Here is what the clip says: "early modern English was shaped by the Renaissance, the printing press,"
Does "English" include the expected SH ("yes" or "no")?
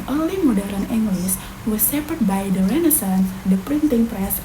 no